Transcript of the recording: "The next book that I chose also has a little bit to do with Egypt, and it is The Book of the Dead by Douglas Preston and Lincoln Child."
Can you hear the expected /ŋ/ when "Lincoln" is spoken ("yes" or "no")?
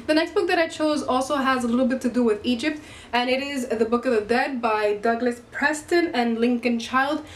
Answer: yes